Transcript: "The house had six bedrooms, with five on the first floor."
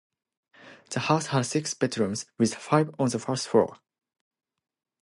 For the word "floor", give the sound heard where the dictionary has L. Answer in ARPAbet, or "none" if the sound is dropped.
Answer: none